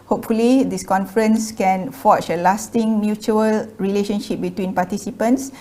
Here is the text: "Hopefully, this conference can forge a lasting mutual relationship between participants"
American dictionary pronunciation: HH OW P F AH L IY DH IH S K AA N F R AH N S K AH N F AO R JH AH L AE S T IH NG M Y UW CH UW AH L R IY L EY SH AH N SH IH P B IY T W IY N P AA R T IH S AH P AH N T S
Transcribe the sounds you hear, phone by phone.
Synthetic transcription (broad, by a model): HH OW P F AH L IY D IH S K AA N F R AH N S K AH N F AO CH AH L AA S T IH NG M Y UW CH UW AH L R IY L EY SH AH N SH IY P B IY T W IY N P AA T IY S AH P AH N T S